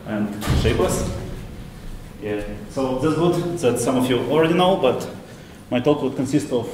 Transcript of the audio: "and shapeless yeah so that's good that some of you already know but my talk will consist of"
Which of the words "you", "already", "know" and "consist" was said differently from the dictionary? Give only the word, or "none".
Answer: none